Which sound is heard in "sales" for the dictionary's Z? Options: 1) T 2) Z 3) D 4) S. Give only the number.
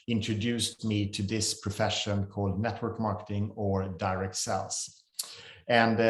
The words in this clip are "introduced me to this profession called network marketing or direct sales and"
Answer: 4